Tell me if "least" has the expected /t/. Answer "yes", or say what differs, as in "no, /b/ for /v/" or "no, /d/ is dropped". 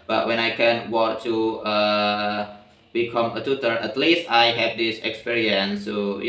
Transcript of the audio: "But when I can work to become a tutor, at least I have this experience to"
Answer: yes